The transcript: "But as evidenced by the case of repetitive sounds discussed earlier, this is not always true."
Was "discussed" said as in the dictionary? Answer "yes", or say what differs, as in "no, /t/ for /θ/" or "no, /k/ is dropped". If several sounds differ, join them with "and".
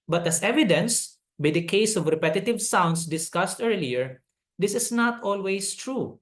yes